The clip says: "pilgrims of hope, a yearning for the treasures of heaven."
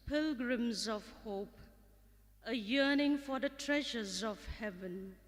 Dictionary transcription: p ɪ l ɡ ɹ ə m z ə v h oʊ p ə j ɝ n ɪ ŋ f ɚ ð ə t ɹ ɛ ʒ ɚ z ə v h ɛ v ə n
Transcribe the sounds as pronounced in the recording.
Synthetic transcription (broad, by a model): p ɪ l ɡ ɹ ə m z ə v h oʊ p ə j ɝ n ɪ ŋ f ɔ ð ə t ɹ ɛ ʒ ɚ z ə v h ɛ v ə n